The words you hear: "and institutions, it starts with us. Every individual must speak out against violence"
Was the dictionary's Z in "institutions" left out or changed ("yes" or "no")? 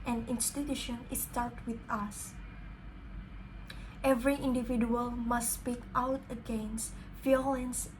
yes